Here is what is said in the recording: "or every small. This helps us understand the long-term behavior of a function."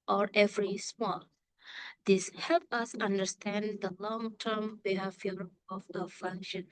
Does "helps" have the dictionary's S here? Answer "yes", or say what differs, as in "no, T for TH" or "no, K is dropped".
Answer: no, S is dropped